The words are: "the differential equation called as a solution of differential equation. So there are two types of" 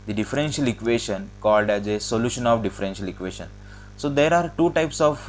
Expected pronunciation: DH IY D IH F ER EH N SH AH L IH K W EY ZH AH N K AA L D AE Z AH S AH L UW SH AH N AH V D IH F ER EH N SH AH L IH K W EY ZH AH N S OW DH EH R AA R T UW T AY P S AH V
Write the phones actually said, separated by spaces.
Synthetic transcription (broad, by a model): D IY D IH F ER EH N SH AH L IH K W EY SH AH N K AA L D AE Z AH S AH L UW SH AH N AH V D IH F ER EH N SH AH L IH K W EY SH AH N S OW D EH R AA R T UW T AY P S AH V